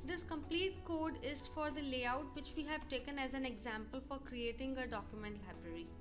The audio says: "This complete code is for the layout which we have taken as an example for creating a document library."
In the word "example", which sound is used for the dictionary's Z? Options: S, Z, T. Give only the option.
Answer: Z